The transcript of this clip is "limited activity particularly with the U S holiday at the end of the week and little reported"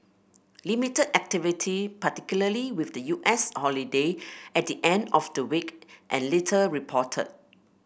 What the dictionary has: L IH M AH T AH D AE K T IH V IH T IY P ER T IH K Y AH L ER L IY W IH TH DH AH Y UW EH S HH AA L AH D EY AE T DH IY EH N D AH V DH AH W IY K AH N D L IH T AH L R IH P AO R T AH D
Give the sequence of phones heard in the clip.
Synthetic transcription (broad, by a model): L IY M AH T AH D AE K T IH V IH T IY P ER T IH K Y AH L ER L IY W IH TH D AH Y UW EH S HH AA L AH D EY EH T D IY EH N D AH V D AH W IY K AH N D L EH T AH R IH P AO T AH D